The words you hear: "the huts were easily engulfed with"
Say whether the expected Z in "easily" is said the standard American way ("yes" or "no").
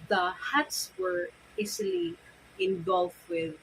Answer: no